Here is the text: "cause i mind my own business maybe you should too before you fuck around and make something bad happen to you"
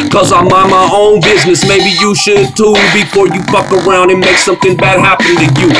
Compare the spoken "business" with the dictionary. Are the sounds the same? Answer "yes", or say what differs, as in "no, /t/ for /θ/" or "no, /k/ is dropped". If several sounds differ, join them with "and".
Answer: yes